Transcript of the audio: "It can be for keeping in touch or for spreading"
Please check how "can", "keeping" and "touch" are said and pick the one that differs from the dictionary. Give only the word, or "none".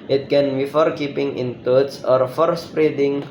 touch